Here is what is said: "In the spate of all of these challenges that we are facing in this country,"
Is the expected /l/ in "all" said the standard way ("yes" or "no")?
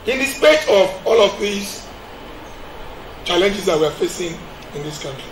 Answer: yes